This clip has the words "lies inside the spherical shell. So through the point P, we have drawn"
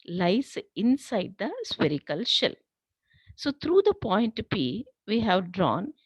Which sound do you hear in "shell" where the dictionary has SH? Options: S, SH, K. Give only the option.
SH